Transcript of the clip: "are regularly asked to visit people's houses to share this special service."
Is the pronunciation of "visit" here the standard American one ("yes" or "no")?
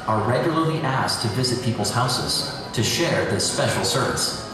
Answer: yes